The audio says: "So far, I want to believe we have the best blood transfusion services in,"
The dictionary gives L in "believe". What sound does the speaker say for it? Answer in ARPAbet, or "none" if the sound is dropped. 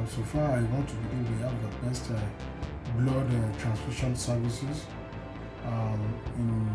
none